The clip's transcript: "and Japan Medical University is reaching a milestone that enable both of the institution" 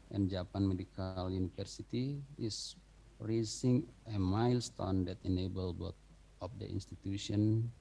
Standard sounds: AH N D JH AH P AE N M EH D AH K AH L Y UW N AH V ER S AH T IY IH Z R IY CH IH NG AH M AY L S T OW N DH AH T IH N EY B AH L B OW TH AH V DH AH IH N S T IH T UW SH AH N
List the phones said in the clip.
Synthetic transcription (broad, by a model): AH N JH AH P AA N M EH D AH K AH L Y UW N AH F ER S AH T IY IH S R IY S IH NG AH M AY L S T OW N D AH T IH N EY B AH L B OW T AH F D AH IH N S T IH T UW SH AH N